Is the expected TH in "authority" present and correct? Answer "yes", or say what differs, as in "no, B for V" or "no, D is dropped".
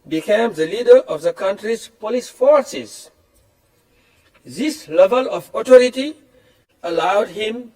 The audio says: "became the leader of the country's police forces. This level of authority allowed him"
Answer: no, T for TH